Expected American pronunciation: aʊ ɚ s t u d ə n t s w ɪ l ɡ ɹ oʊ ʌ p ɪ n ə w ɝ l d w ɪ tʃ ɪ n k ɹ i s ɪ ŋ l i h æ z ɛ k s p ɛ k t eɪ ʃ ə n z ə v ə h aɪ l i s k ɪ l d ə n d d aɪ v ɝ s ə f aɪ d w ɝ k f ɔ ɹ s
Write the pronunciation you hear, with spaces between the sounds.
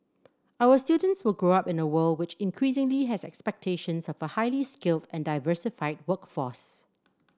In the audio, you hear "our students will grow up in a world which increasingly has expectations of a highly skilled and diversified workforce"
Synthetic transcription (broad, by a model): aʊ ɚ s t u d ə n t s w ɪ l ɡ ɹ oʊ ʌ p ɪ n ə w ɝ l d w ɪ tʃ ɪ n k ɹ i s ɪ ŋ l i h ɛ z ɛ k s p ɛ k t eɪ ʃ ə n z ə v ə h aɪ l i s k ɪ l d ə n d d aɪ v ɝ s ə f aɪ d w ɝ k f ɔ s